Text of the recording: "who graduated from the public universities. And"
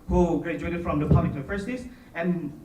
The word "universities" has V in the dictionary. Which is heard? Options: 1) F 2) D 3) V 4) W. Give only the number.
1